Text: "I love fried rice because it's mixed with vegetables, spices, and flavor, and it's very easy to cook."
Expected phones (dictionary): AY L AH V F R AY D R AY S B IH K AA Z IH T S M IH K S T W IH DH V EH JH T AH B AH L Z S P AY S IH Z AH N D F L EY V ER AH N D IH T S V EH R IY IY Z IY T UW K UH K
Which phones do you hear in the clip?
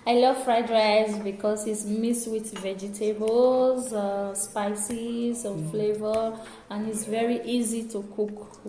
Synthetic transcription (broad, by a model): AY L AH V F R AY D R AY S B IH K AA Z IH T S M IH S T W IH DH V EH JH T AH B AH L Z S P AY S IH Z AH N F L EY V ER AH N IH T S V EH R IY IY Z IY T UW K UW K